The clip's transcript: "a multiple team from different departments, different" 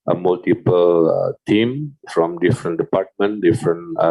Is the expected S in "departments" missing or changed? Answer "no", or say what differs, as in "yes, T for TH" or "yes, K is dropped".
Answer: yes, S is dropped